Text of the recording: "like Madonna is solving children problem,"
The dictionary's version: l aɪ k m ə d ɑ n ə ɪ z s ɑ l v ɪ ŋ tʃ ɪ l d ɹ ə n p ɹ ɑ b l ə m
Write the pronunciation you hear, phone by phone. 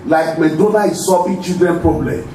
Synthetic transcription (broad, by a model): l aɪ k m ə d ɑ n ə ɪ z s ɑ v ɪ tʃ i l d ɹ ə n p ɹ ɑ b l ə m